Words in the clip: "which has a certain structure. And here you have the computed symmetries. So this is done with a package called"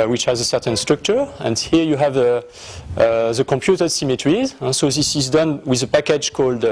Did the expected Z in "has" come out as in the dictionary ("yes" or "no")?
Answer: yes